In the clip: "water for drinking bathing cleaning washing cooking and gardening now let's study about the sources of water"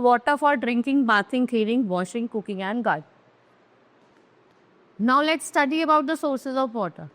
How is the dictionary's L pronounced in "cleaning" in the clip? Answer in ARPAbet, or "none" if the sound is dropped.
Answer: none